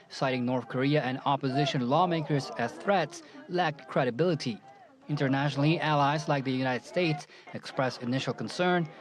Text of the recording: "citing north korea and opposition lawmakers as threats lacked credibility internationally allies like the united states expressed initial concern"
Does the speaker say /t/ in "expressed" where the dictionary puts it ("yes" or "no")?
no